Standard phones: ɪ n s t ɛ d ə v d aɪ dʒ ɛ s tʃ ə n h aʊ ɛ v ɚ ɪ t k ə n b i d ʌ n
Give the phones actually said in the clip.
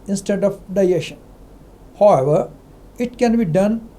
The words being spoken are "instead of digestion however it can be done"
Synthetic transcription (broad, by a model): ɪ n s t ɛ d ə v d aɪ ɛ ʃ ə n h aʊ ɛ v ɚ ɪ t k ə n b i d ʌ n